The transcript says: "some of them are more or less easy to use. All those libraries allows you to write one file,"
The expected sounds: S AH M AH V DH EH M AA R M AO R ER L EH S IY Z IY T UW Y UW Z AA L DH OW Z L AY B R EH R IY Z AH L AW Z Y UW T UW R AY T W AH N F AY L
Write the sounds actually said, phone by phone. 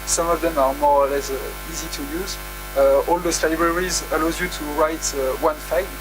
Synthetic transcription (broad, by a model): S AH M AH V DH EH M AA R M AO R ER L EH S IY Z IY T UW Y UW Z AA L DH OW S L AY B R EH R IY Z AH L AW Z Y UW T UW R AY T W AH N F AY